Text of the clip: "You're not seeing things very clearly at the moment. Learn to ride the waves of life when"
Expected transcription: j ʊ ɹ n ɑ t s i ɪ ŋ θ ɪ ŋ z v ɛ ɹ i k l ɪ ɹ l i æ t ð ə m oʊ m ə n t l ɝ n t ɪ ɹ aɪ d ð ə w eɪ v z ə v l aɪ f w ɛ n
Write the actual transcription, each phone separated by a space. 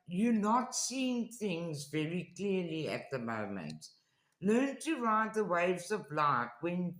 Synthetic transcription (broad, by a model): j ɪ n ɑ t s i ɪ ŋ θ ɪ ŋ z v ɛ ɹ i k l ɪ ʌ l i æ t ð ə m oʊ m ə n t l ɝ n t ɪ ɹ aɪ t ð ə w eɪ v z ə v l aɪ f w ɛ n